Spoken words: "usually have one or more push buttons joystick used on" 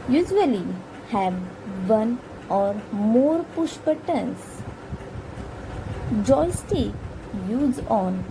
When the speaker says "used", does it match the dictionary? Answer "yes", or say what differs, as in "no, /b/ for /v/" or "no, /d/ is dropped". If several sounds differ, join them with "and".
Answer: no, /d/ is dropped